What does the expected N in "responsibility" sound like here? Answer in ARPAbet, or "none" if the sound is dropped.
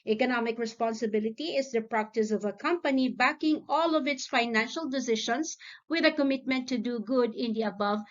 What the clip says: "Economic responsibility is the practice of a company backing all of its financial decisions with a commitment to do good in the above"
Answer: N